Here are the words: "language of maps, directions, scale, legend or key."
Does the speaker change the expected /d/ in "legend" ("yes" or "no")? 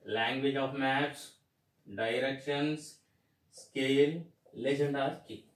no